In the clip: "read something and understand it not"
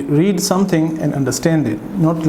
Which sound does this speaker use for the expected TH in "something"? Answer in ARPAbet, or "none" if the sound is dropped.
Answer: T